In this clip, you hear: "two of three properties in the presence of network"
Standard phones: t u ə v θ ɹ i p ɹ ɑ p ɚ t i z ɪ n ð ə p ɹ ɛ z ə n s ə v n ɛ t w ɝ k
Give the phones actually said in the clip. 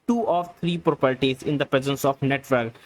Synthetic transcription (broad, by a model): t u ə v t ɹ i p ɹ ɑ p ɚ t i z ɪ n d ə p ɹ ɛ z ə n s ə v n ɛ t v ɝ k